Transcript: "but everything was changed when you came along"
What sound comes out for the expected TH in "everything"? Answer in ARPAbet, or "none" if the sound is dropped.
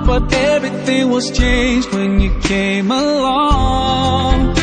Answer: TH